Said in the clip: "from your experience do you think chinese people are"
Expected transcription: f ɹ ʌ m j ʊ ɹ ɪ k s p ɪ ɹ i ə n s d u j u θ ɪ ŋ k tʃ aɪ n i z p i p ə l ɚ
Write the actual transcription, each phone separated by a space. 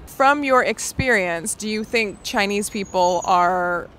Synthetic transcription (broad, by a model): f ɹ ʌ m j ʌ ɹ ɪ k s p ɪ ɹ i ə n s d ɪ j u θ ɪ ŋ k tʃ aɪ n i z p i p l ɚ